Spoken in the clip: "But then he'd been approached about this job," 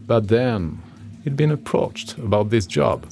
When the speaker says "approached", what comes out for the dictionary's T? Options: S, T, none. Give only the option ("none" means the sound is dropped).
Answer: T